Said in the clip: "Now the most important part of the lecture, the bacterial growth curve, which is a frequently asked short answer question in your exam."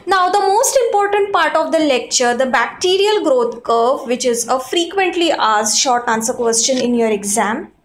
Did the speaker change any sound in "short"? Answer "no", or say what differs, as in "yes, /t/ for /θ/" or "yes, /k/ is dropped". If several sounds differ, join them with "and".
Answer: no